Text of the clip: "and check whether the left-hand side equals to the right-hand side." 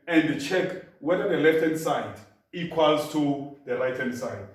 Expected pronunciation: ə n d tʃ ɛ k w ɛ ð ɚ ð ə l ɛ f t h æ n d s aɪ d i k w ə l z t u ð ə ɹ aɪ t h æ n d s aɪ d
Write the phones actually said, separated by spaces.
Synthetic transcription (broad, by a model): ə n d tʃ ɛ k w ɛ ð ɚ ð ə l ɛ f t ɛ n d s aɪ d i k w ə l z t u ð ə l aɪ t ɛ n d s aɪ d